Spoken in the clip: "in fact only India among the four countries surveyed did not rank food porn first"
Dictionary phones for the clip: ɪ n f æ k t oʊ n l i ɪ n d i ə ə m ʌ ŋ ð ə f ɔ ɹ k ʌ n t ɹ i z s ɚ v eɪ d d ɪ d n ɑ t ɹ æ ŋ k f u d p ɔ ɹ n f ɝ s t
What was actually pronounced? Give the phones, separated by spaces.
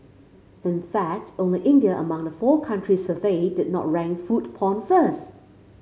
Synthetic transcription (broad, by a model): ɪ n f æ k t oʊ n l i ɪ n d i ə ə m ʌ ŋ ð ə f ɔ k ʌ n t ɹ i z s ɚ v eɪ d d ɪ d n ɑ t ɹ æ ŋ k f u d p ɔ n f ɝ s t